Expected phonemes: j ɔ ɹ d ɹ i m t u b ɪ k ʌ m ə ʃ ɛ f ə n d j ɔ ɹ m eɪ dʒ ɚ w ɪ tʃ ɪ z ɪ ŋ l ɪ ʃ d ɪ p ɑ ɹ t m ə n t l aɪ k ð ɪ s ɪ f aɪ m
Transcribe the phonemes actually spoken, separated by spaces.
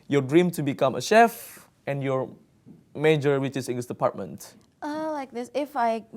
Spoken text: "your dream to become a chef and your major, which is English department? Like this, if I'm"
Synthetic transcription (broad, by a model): j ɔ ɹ d ɹ i m t u b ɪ k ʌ m ə ʃ ɛ f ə n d j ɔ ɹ m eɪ dʒ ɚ w ɪ tʃ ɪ s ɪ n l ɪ s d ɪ p ɑ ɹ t m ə n t l aɪ k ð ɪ s ɪ f aɪ